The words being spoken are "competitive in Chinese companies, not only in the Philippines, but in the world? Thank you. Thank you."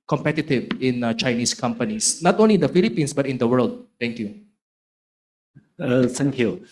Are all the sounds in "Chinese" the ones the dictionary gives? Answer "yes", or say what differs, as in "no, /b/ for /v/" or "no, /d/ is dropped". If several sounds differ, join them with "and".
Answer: no, /s/ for /z/